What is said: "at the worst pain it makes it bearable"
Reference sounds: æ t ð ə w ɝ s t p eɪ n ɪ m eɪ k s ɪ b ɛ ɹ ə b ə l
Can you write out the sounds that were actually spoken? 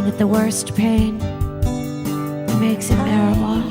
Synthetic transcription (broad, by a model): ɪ ð ə w ɝ s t p eɪ n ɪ m eɪ k s ɪ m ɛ ɹ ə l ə